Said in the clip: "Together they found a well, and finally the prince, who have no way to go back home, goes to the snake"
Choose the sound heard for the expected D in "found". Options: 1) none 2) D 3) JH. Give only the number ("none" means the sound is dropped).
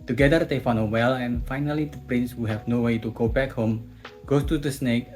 1